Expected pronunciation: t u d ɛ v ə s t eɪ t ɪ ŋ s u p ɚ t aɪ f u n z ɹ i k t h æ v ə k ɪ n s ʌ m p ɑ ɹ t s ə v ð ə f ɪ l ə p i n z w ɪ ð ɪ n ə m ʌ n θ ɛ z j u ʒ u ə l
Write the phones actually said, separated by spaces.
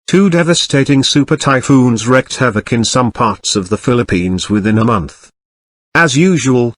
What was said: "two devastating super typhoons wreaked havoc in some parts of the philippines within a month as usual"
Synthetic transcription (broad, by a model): t u d ɛ v ə s t eɪ t ɪ ŋ s u p ɚ t aɪ f u n z ɹ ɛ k t h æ v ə k ɪ n s ʌ m p ɑ ɹ t s ə v ð ə f ɪ l ə p i n z w ɪ ð ɪ n ə m ʌ n θ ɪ z j u ʒ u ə l